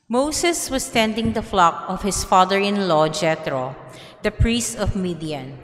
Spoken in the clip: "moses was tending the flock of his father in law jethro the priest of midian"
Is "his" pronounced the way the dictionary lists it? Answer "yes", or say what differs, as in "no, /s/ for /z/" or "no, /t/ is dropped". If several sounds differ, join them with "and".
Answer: no, /s/ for /z/